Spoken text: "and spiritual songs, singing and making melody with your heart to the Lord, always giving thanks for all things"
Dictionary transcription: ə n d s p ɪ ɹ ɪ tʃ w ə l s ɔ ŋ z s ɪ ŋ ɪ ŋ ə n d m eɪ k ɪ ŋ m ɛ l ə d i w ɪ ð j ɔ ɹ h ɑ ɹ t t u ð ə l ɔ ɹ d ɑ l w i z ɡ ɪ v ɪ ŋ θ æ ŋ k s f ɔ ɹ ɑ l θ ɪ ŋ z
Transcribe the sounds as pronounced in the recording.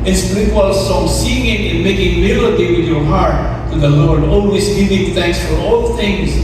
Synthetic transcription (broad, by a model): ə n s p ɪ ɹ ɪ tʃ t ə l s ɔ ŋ s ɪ ŋ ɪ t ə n m eɪ k ɪ ŋ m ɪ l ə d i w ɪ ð j ɔ ɹ h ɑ ɹ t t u ð ə l ɔ ɹ d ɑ l w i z ɡ ɪ v ɪ ŋ θ æ ŋ k s f ɔ ɹ ɑ l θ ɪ ŋ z